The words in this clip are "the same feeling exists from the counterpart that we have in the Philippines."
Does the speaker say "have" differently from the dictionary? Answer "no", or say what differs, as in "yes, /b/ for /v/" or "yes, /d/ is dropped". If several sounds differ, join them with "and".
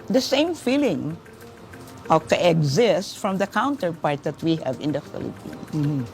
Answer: no